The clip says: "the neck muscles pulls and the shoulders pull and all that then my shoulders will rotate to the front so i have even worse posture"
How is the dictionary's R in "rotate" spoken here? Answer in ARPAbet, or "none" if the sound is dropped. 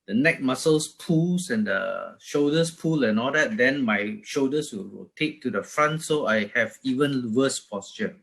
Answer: W